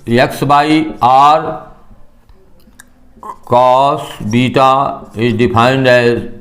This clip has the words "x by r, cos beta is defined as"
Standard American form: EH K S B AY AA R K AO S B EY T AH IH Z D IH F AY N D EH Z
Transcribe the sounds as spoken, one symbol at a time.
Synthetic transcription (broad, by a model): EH K S B AY AA R K AO S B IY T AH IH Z D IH P AY N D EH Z